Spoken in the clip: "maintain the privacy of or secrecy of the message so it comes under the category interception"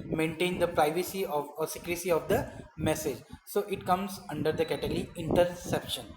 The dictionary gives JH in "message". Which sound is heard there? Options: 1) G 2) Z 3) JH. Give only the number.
3